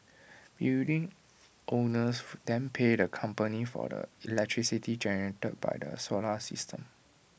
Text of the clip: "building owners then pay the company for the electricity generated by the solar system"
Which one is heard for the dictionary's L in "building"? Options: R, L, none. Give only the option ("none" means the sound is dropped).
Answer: none